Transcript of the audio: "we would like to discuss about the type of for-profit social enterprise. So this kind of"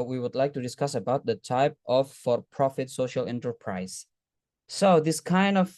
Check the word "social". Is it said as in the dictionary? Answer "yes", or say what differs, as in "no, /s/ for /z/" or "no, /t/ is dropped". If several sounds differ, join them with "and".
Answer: yes